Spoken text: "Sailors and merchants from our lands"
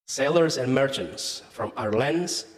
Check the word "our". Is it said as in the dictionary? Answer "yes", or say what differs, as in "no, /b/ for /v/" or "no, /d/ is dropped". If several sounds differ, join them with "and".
yes